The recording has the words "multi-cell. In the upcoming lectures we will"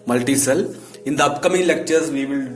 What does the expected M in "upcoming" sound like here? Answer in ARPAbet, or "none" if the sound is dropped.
M